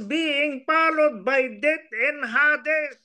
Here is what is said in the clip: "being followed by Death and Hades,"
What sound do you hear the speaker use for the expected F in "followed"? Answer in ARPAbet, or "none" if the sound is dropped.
P